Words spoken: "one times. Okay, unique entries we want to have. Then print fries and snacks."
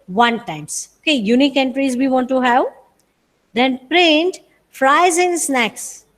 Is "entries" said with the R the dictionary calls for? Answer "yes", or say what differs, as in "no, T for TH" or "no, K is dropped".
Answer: yes